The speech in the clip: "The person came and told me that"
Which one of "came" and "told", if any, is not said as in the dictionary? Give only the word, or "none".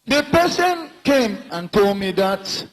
none